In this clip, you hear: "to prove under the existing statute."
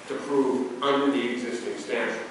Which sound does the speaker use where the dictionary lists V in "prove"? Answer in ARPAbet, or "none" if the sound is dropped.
V